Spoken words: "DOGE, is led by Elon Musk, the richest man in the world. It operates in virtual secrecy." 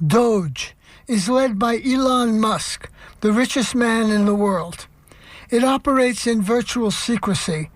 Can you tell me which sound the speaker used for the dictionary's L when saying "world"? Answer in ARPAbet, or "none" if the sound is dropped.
L